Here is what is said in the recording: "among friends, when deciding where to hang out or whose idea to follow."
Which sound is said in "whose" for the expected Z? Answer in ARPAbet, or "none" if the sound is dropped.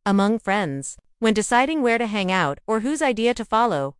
Z